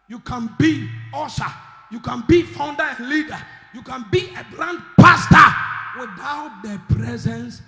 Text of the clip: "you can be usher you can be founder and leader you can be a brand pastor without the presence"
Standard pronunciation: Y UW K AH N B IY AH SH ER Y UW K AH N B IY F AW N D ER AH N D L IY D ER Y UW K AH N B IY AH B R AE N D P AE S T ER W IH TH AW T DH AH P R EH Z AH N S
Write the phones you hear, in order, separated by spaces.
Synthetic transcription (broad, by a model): Y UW K AH N B IY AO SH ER Y UW K AH N B IY F AW N D ER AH N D L IY D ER Y UW K AH N B IY AH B L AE N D P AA S T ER W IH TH AW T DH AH P R EH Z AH N S